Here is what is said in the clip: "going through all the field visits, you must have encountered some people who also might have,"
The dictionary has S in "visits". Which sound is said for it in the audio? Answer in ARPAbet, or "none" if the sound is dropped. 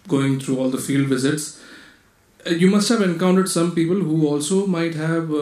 S